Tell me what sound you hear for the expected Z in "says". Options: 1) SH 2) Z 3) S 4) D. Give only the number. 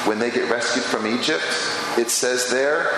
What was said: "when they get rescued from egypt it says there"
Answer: 2